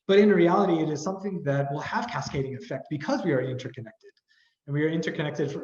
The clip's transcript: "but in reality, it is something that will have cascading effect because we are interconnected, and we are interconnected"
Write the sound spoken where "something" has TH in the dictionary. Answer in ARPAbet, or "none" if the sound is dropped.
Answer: TH